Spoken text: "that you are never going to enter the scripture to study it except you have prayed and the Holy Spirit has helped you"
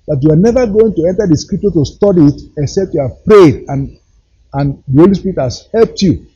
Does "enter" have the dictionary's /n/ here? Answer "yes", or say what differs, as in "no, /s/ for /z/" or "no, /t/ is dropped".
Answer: yes